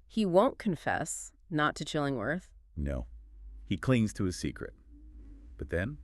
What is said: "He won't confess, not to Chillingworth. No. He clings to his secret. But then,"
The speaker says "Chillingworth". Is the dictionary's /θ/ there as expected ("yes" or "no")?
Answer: yes